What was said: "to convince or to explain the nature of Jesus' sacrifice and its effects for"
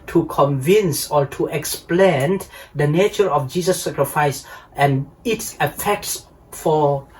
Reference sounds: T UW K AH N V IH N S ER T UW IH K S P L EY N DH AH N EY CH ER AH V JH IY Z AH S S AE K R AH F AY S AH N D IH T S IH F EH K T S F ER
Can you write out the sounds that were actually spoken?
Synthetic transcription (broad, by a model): T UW K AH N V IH N S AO T UW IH K S P L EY N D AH N EY CH ER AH F JH IY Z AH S S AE K R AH F AY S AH N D IH T S IH F EH K T S F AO